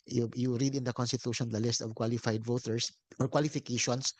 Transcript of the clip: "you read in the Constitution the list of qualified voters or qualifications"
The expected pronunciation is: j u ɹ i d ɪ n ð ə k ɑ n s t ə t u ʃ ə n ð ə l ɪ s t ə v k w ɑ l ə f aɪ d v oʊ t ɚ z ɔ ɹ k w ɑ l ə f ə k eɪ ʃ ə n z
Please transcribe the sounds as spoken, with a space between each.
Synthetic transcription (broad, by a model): j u ɹ i d ɪ n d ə k ɑ n s t ə t u ʃ ə n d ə l ɪ s t ə v k w ɑ l ə f aɪ d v oʊ t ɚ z ɔ ɹ k w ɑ l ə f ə k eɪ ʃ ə n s